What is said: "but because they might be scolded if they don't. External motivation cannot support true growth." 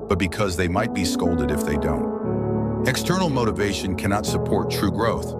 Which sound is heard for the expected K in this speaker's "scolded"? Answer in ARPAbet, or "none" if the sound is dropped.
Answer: K